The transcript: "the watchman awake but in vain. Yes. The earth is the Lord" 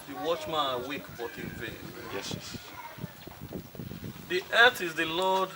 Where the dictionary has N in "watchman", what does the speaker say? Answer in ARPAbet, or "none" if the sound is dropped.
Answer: none